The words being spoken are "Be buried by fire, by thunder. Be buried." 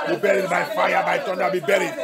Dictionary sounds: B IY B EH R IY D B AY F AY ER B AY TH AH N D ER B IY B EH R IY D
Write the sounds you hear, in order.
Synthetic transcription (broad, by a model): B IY B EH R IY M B AY F AY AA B AY T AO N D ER B IY B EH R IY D